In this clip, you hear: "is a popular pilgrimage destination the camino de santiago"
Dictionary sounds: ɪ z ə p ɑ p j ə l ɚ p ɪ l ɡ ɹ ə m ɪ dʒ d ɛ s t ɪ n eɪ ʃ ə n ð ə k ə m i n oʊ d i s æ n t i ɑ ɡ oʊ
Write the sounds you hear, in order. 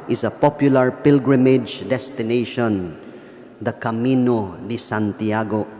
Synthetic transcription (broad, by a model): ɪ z ə p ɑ p j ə l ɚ p ɪ l ɡ ɹ ə m ɪ dʒ d ɛ s t ɪ n eɪ ʃ ə n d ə k ə m i n oʊ d i s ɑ n t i ɑ ɡ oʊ